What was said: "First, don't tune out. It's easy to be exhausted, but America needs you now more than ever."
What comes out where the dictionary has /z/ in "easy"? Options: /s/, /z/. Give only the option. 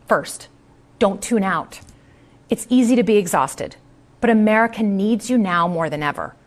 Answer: /z/